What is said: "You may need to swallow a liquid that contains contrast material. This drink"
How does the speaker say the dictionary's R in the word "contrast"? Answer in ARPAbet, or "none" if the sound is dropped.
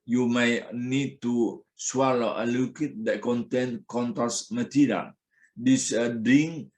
none